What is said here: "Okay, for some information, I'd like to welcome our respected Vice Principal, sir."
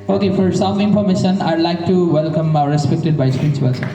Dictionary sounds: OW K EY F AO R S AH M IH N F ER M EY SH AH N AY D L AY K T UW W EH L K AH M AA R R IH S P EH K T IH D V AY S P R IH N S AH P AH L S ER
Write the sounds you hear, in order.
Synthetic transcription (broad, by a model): OW K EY F AO R S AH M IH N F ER M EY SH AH N AY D L AY K T UW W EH L K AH M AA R R IH S P EH K T IH D B AY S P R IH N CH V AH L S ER